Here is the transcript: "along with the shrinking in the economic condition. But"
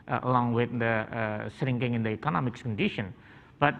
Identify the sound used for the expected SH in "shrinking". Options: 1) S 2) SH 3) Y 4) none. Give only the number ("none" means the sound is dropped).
1